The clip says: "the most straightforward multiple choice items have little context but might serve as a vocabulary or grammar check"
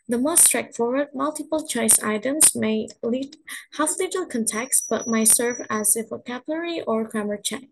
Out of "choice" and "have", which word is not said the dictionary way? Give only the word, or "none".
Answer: have